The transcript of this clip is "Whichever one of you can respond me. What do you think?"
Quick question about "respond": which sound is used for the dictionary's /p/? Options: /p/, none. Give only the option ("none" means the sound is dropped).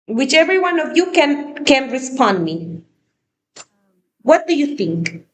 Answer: /p/